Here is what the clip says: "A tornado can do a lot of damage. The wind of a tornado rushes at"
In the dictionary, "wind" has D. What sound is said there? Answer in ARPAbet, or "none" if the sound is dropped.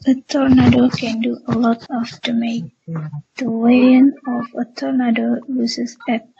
none